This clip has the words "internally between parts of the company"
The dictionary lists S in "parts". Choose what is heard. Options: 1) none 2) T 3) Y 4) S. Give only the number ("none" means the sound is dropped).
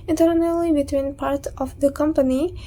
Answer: 1